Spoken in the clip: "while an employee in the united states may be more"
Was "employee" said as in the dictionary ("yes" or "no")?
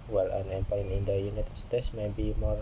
no